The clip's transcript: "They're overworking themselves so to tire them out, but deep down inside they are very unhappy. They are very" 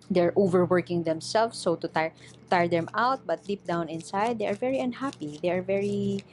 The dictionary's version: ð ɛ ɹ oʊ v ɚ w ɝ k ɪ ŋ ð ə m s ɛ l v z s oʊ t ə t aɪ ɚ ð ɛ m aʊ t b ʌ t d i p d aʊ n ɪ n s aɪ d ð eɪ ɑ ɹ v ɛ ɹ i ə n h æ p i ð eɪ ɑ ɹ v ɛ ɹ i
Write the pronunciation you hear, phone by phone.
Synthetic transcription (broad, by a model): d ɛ ɹ oʊ v ɚ w ɝ k ɪ ŋ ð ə m s ɛ l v s oʊ t ə t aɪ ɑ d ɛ m aʊ t b ʌ t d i p d aʊ n ɪ n s aɪ d eɪ ɑ ɹ v ɛ ɹ i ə n h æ p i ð eɪ ɑ ɹ v ɛ ɹ i